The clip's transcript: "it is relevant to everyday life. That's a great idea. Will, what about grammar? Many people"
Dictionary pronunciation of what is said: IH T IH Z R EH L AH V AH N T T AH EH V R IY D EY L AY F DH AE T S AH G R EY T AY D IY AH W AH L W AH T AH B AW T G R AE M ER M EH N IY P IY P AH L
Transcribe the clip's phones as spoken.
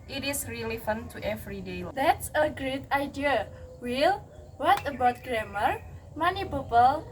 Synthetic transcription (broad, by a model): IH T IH S R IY L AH F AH N T T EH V R IY D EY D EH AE T S AH G R EY T AY D IY AH W AH L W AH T AH B AW T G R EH M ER M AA N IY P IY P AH L